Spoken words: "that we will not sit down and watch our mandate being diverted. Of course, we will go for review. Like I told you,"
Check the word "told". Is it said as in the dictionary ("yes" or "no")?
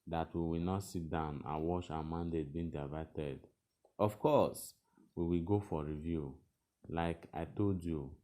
yes